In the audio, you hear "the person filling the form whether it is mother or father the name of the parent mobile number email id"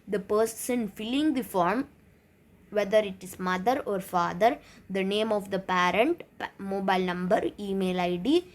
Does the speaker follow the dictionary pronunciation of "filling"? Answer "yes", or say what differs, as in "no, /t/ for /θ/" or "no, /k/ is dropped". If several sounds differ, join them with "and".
yes